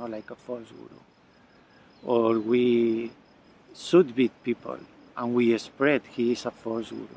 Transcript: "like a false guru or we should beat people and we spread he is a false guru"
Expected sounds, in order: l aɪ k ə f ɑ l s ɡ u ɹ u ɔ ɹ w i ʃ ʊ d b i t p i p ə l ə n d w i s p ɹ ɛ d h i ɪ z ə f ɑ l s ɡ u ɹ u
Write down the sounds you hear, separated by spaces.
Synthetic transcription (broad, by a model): l aɪ k ə f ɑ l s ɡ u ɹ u ɔ ɹ w i s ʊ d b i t p i p ə l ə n w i s p ɹ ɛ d h i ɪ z ə f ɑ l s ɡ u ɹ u